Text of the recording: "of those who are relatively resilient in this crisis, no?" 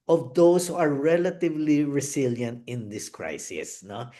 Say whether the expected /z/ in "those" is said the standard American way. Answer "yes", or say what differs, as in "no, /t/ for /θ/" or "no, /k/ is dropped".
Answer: no, /s/ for /z/